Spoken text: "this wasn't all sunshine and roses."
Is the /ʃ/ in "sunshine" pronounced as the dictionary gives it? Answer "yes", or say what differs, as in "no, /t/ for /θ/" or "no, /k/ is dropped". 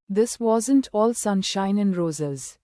yes